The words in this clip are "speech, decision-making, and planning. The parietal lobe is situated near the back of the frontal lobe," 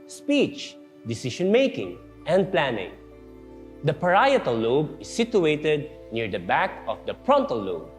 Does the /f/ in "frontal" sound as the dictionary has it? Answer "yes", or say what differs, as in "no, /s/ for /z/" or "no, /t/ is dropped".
no, /p/ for /f/